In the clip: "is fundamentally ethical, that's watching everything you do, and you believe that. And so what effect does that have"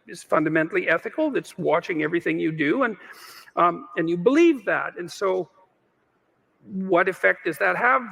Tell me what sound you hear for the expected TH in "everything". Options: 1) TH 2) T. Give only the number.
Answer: 1